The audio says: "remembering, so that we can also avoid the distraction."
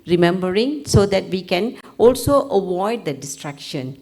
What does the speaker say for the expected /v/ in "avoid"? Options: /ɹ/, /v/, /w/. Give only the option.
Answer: /w/